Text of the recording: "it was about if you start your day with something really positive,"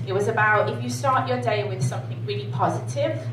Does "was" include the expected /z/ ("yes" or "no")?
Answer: yes